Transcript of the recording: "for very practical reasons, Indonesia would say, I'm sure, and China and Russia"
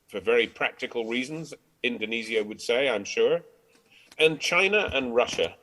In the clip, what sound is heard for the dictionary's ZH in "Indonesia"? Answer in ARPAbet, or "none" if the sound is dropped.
Z